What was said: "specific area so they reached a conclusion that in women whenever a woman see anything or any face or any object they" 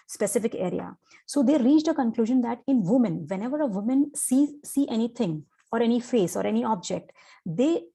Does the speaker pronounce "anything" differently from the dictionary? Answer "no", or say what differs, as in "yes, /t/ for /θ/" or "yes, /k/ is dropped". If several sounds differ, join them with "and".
yes, /t/ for /θ/